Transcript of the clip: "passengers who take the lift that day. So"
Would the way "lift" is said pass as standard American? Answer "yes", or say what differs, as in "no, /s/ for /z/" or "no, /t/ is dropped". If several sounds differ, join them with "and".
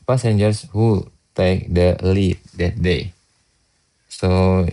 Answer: no, /f/ is dropped